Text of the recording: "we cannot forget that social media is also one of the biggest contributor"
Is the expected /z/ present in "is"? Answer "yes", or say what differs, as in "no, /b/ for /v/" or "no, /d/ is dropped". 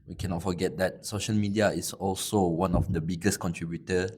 no, /s/ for /z/